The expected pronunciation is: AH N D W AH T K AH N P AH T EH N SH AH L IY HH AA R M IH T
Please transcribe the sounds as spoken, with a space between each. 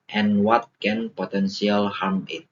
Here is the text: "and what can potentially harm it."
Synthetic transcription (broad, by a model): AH N W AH T K AH N P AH T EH N S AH L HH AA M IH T